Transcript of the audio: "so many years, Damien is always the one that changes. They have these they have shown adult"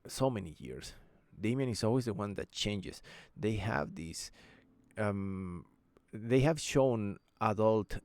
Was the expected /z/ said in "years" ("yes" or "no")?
no